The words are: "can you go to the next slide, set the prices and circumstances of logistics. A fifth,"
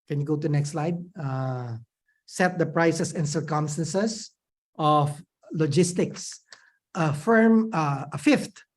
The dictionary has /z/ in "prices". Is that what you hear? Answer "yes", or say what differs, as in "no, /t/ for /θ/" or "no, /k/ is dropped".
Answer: no, /s/ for /z/